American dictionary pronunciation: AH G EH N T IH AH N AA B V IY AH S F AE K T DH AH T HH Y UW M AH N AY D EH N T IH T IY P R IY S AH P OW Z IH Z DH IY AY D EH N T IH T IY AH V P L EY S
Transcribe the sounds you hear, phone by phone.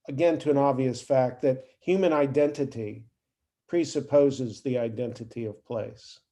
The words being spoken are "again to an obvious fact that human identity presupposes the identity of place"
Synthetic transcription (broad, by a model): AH G EH N T IH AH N AA B V IY AH S F AE K T DH AH T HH Y UW M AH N AY D EH N T IH T IY P R IY S AH P OW Z IH Z DH IY AY D EH N T IH T IY AH V P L EY S